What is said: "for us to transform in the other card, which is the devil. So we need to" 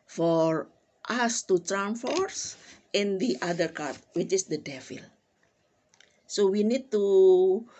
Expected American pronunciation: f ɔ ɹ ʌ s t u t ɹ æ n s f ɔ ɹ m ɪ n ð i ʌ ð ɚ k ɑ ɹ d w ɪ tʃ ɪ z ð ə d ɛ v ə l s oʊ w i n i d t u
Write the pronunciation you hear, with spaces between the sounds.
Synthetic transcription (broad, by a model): f ɔ ɹ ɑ s t u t ɹ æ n f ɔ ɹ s ɪ n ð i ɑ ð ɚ k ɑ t w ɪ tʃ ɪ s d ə d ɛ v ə l s oʊ w i n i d t u